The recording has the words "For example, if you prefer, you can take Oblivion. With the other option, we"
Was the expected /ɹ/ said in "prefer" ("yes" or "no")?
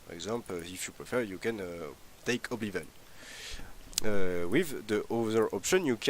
yes